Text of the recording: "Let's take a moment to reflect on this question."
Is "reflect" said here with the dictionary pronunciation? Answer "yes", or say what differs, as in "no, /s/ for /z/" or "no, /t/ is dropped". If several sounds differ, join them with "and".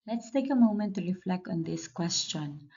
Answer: yes